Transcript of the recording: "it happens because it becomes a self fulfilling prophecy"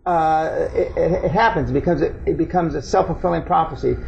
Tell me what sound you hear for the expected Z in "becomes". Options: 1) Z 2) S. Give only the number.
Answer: 1